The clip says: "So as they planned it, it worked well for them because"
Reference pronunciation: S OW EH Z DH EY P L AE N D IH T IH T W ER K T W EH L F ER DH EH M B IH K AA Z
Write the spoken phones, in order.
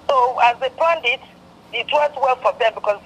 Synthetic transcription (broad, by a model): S OW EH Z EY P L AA N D IH T IH T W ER T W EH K F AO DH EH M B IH K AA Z